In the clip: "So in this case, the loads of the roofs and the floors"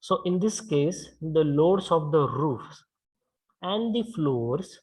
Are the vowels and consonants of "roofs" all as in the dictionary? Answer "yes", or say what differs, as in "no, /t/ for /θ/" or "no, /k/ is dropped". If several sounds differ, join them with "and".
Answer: yes